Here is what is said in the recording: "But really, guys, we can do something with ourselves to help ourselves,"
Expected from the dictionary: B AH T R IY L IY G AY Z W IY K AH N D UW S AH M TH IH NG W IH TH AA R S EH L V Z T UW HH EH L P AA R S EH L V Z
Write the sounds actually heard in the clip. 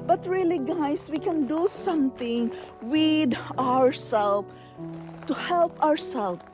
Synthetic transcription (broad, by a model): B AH T R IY L IY G AY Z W IY K AH N D UW S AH M T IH NG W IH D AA R S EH L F T UW HH EH L P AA R S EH L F